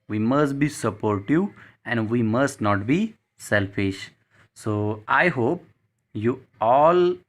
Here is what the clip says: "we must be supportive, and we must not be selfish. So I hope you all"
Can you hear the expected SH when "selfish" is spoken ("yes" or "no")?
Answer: yes